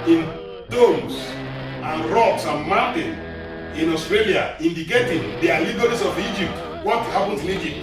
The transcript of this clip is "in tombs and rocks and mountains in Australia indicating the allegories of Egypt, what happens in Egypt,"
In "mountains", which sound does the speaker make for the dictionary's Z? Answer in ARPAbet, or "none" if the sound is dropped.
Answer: none